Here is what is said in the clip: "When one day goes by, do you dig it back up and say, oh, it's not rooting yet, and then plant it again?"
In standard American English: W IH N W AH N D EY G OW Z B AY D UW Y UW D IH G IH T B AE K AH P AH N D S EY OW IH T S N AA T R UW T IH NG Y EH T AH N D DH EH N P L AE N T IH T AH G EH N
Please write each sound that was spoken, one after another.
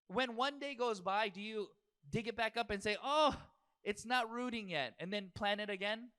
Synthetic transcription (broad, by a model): W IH N W AH N D EY G OW Z B AY D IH Y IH D IH G IH T B AE K AH P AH N S EY OW IH T S N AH T R UW T IH NG Y EH T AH N DH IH N P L AE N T IH T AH G EH N